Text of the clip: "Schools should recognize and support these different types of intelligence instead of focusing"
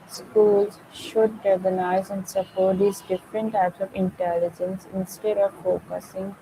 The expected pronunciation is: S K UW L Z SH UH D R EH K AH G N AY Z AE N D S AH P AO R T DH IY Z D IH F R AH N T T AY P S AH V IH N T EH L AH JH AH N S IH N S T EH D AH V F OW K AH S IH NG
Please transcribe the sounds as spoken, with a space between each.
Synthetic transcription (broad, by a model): S K UW L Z SH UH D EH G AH N AY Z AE N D S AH P AO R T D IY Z D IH F R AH N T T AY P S AH V IH N T EH L AH JH AH N S IH N S T EH D AH V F OW K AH S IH NG